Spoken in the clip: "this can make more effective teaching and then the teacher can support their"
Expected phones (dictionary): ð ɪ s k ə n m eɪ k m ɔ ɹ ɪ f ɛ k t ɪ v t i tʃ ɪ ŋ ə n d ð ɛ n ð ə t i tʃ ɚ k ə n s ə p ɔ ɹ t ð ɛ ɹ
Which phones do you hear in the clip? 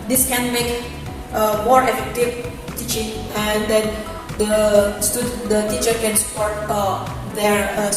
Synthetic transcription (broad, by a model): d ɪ s k ə n m eɪ k m ɔ ɹ ɪ f ɛ k t ɪ v t i tʃ ɪ ŋ ə n d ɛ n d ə t i tʃ ɚ k ə n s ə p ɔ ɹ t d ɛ ɹ